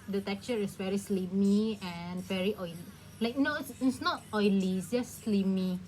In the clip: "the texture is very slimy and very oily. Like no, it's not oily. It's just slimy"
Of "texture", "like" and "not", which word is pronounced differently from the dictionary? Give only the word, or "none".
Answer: texture